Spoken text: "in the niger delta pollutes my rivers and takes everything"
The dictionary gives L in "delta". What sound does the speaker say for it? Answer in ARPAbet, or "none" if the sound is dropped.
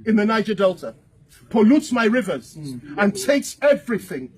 L